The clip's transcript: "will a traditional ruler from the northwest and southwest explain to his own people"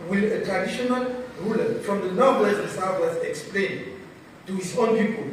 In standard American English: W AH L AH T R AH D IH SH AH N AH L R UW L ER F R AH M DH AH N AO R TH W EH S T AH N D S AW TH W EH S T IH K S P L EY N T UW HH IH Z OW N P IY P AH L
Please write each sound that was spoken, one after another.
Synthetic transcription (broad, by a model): W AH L AH T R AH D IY SH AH N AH L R UW L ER F R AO M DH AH N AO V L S AH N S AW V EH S IH K S P L EY N T UW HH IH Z OW N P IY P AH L